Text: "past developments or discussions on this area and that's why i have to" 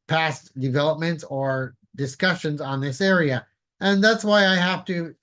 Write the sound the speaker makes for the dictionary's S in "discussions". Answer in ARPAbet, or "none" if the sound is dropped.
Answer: S